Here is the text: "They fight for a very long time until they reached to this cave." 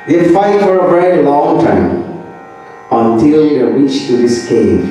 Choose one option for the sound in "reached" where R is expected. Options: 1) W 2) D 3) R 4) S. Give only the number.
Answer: 1